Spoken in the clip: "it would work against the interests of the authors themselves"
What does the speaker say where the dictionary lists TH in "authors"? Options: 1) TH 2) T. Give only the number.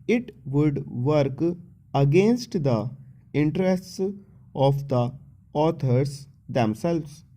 2